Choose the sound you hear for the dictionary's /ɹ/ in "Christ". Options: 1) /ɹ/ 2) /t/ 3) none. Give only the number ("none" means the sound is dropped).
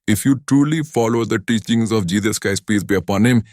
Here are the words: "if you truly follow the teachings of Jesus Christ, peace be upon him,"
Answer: 3